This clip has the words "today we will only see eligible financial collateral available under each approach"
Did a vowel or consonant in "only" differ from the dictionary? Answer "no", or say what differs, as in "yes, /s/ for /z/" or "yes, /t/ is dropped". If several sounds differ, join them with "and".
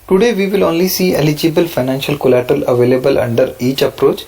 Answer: no